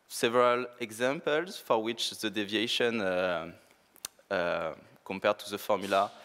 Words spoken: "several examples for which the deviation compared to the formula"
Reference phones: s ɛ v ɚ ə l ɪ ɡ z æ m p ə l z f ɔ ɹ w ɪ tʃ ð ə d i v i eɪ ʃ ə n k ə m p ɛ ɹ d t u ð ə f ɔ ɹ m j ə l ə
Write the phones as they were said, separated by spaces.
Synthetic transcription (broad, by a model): s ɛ v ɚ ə l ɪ ɡ z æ m p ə l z f ɔ ɹ w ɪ tʃ ð ə d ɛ v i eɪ ʃ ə n k ə m p ɛ ɹ d t u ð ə f ɔ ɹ m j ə l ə